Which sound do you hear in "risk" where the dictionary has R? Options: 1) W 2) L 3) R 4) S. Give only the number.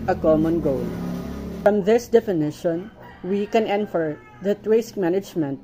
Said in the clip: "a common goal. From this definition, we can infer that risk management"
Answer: 1